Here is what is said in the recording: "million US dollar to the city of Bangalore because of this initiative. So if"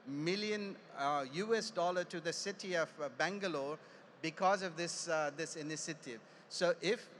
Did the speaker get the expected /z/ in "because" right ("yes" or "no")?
yes